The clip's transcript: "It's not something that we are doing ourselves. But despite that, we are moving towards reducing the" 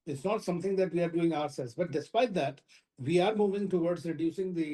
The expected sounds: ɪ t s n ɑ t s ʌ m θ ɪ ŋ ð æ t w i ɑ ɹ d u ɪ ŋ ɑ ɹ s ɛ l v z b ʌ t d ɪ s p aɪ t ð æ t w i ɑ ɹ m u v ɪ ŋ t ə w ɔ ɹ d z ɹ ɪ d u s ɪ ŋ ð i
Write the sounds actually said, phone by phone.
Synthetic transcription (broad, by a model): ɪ t s n ɑ t s ʌ m t ɪ ŋ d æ t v i ɑ ɹ d u ɪ ŋ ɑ ɹ s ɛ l z b ʌ t d ɪ s p aɪ t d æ t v i ɑ ɹ m u v ɪ ŋ t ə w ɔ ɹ d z ɹ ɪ d u s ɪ ŋ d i